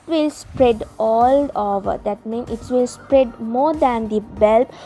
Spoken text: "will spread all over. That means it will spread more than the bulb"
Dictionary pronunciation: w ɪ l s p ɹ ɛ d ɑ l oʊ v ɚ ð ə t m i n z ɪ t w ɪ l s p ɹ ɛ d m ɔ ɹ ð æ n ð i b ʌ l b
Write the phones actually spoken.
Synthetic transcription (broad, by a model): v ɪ l s p ɹ ɛ d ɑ l oʊ v ɚ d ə t m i n ɪ t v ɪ l s p ɹ ɛ d m ɔ ɹ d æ n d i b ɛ l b